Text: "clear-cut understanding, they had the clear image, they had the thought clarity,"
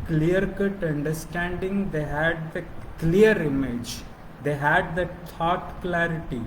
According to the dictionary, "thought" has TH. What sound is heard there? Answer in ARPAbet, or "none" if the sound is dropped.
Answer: T